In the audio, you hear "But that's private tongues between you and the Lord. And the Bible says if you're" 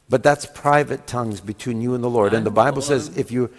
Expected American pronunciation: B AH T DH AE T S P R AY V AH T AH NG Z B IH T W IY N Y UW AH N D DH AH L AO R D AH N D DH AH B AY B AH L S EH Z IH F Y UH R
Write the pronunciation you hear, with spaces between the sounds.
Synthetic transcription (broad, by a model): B AH T DH AE T S P R AY V AH T AH NG Z B IH T W IY N Y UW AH N DH AH L AO R D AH N DH AH B AY B L S EH Z IH F Y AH R